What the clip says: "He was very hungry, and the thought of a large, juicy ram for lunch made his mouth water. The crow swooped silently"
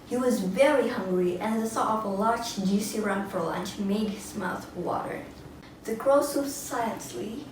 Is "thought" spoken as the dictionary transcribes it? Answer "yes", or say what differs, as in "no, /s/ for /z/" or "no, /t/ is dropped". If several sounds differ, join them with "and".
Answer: no, /s/ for /θ/